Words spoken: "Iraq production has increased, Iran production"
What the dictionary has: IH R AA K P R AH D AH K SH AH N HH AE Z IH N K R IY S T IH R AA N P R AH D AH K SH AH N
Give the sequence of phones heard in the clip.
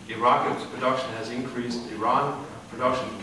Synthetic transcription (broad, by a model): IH R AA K P R AH D AH K SH AH N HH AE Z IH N K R IY S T IH R AA N P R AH D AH K SH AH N